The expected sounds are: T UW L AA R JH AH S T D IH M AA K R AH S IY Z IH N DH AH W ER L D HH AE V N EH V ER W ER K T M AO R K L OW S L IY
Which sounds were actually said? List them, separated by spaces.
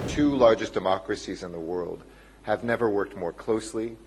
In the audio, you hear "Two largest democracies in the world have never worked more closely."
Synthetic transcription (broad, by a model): T UW L AA R JH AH S D IH M AA K R AH S IY Z IH N DH AH W ER L D HH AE V N EH V ER W ER K T M AO R K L OW S L IY